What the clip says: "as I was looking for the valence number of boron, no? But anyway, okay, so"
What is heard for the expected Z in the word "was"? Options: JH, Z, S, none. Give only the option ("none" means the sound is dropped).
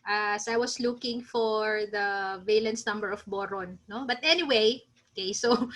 S